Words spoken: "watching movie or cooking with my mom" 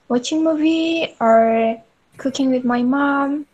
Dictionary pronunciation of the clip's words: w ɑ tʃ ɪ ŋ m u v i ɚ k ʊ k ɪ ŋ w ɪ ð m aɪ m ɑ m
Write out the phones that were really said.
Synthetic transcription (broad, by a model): w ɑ tʃ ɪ ŋ m u v i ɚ k ʊ k ɪ ŋ w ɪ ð m aɪ m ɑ m